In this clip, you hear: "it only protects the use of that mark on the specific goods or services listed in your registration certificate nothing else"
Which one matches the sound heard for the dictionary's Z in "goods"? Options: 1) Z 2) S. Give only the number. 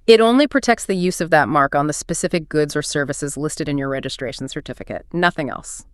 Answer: 1